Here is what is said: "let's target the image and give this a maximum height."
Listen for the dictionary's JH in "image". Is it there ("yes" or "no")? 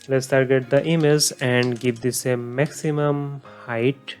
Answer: no